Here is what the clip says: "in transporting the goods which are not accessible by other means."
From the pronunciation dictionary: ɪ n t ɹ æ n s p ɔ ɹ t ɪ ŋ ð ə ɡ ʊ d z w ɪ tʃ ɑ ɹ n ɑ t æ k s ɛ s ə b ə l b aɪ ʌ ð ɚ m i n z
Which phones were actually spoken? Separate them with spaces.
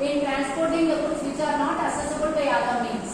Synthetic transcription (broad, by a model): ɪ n t ɹ æ n s p ɔ ɹ t ɪ ŋ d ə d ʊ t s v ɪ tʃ ɑ ɹ n ɑ t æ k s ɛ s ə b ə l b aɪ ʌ ɚ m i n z